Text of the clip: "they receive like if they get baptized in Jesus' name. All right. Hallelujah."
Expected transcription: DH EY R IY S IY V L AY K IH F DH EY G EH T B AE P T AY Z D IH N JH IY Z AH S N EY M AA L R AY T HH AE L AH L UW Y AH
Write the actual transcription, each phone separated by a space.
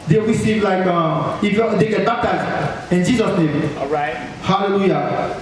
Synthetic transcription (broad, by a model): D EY W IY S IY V L AY K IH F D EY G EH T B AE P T AY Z IH N JH IY Z AH S N EY M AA R AY T HH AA L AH L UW Y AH